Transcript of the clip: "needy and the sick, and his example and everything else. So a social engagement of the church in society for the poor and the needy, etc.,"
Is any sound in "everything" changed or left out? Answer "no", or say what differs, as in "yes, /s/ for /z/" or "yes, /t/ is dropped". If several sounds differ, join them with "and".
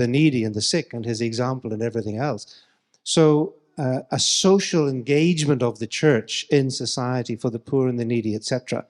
no